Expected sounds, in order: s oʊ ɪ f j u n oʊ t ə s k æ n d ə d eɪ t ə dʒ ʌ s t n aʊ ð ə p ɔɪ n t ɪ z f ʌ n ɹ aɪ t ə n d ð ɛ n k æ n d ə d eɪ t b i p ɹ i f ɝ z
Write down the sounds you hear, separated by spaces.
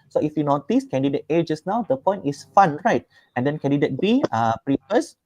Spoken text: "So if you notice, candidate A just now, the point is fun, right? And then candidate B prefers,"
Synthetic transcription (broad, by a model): s oʊ ɪ f j u n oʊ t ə s k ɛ n d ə d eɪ t ə dʒ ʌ s n aʊ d ə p ɔɪ n ɪ s f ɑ n ɹ aɪ t ə n d ɛ n k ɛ n d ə d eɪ t b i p ɹ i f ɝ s